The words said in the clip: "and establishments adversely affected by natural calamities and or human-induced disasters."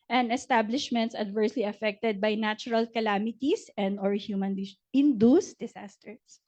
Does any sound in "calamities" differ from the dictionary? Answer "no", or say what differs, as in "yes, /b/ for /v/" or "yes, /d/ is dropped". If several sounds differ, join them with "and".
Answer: yes, /s/ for /z/